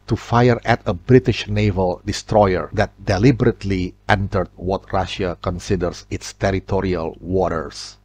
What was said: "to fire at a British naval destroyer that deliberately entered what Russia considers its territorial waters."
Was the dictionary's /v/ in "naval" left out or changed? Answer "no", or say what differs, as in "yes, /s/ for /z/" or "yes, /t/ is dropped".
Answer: no